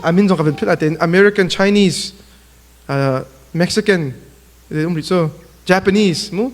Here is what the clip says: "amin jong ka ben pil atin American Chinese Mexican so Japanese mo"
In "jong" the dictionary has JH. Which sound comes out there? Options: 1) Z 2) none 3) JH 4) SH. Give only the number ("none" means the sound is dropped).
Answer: 1